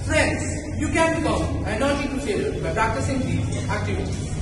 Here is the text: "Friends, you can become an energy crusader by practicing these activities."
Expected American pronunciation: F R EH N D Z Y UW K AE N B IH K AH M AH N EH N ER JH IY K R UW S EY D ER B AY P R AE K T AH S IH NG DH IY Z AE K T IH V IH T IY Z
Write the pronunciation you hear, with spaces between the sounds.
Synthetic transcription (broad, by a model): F R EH N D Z Y UW K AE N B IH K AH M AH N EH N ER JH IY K UW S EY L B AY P R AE K T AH S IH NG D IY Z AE K T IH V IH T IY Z